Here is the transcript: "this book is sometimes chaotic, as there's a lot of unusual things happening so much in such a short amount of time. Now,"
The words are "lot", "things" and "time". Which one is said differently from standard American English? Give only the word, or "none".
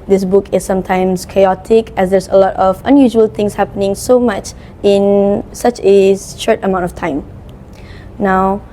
things